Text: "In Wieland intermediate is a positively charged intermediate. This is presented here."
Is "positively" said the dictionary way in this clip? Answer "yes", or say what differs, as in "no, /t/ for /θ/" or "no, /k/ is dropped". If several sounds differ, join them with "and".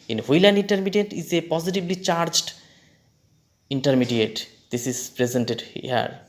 no, /b/ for /v/